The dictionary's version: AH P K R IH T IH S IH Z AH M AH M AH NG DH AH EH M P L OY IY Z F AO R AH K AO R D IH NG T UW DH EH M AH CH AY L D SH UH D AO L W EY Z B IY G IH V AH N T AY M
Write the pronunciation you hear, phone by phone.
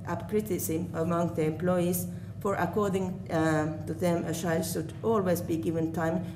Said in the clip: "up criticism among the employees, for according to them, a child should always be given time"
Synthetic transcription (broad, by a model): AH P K R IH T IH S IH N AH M AH M AH NG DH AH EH M P L OY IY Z F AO R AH K AO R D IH NG T UW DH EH M AH SH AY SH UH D AO L W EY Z B IY G IH V AH N T AY M